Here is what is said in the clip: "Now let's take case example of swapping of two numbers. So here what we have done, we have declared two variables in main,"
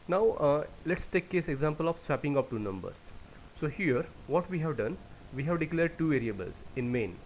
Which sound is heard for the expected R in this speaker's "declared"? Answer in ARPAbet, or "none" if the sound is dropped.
R